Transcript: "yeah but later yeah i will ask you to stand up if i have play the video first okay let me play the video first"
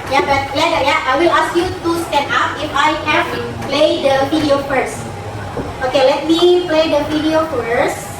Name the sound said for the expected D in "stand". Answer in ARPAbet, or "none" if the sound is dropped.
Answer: none